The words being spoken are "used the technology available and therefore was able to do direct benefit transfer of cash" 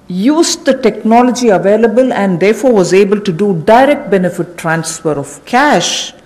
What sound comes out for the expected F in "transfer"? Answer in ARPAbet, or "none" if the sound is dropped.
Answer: F